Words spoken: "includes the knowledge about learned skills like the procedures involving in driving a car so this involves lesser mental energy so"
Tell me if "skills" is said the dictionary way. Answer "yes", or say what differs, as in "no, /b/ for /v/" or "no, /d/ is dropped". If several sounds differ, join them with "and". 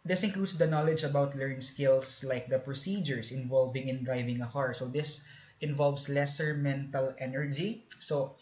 no, /s/ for /z/